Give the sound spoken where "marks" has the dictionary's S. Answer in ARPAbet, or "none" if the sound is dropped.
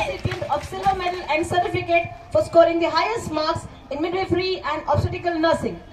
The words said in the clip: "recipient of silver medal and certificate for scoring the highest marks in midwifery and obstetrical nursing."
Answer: S